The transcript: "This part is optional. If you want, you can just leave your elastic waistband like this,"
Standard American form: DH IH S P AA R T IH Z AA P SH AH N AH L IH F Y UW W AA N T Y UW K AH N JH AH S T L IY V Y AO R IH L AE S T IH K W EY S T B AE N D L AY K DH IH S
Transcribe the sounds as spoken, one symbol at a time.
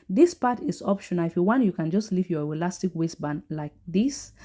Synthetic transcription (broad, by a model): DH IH S P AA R T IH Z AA P SH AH N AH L IH F Y UW W AA N T Y UW K AH N JH AH S T L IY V Y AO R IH L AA S T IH K W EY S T B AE N L AY K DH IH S